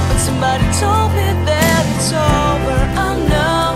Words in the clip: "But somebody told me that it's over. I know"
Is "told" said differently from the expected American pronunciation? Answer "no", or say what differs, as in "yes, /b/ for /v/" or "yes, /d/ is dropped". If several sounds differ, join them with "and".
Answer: no